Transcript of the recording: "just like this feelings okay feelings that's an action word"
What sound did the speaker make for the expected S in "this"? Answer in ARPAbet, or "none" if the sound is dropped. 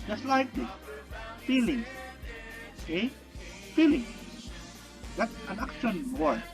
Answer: none